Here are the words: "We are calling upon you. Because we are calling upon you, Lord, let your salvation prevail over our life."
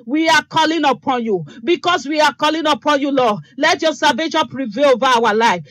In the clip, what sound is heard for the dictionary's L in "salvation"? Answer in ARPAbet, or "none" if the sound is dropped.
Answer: none